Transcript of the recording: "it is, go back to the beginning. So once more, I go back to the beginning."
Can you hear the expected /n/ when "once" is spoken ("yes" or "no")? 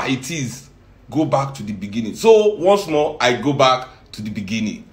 yes